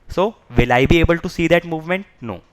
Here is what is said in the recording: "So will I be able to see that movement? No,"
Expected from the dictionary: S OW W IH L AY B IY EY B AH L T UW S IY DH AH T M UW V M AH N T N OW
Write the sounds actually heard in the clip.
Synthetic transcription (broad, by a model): S OW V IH L AY B IY EY B AH L T UW S IY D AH T M UW V M AH N T N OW